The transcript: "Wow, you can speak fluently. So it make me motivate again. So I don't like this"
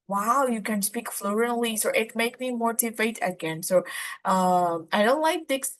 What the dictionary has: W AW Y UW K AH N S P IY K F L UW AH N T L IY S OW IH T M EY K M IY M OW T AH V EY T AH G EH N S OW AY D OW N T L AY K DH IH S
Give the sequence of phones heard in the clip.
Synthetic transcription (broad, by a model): W AW Y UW K AH N S P IY K F L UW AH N L IY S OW IH T M EY K M IY M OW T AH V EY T AH G EH N S OW AY D OW N T L AY K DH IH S